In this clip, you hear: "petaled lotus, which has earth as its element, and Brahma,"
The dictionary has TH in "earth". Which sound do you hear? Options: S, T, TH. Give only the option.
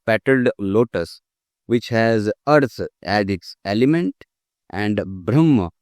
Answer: S